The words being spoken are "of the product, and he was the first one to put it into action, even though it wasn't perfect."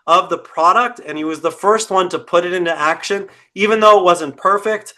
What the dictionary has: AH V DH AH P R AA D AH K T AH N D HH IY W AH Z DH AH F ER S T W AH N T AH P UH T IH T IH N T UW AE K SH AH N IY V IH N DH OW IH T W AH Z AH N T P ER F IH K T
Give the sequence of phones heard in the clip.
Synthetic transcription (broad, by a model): AH V DH AH P R AA D AH K T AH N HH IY W AH Z DH AH F ER S T W AH N T AH P UH T IH T IH N T UW AE K SH AH N IY V IH N DH OW IH T W AH Z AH N P ER F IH K T